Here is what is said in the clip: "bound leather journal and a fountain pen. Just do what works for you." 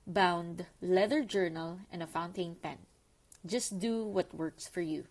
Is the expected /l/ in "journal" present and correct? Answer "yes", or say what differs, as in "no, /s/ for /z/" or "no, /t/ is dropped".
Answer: yes